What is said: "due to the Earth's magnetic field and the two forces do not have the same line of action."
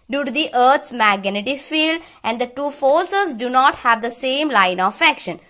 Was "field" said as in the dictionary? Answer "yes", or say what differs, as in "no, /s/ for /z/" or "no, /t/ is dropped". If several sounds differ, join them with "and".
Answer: no, /d/ is dropped